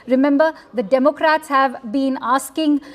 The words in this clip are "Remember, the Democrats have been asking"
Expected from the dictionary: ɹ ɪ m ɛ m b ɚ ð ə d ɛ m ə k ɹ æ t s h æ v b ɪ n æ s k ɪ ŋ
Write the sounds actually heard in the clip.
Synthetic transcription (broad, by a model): ɹ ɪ m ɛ m b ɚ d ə d ɛ m ə k ɹ æ t s h æ v b ɪ n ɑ s k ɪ ŋ